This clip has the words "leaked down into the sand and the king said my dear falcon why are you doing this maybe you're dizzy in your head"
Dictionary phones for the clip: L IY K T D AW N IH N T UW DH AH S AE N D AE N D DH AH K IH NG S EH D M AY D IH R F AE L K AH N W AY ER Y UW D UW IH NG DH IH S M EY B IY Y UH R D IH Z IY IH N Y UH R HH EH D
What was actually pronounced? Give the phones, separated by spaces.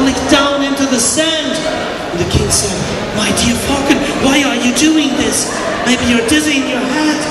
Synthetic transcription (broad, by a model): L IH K D AW N IH N T UW DH AH S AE N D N DH AH K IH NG S EH D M AY D IH R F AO K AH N W AY ER Y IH D UW IH NG DH IH S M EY IY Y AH R D IH Z IY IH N Y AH R HH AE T